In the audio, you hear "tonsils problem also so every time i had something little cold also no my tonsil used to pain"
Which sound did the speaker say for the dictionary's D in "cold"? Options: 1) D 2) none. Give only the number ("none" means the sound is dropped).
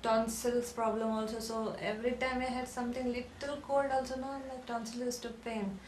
1